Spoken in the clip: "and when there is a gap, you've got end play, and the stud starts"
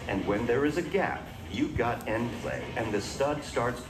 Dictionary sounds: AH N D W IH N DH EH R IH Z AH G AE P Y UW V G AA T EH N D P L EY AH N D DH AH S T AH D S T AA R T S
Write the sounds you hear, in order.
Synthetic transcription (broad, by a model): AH N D W IH N DH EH R IH Z AH G AE P Y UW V G AA T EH N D P L EY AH N DH AH S T AH D S T AA R T S